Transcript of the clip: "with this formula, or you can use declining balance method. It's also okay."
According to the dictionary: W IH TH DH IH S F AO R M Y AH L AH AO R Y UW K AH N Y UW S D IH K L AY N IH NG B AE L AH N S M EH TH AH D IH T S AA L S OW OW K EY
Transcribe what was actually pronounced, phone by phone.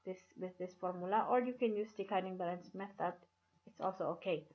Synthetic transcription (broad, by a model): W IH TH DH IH S F AO R M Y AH L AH AO R Y UW K AH N Y UW S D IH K AY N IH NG B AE L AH N S M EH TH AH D IH T S AA L S OW OW K EY